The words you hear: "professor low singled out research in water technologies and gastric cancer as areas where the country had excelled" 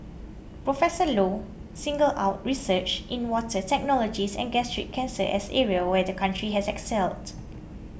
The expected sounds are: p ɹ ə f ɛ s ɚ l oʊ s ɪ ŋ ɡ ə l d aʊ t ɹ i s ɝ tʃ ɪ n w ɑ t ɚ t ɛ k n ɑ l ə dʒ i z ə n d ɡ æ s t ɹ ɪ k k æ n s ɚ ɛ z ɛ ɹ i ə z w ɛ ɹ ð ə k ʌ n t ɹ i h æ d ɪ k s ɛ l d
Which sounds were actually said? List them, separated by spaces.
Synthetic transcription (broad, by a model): p ɹ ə f ɛ s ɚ l oʊ s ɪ ŋ ɡ ə l aʊ t ɹ i s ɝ tʃ ɪ n w ɑ t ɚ t ɛ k n ɑ l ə dʒ i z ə n ɡ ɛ s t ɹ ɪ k k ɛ n s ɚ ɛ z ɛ ɹ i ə w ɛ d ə k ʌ n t ɹ i h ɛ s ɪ k s ɛ l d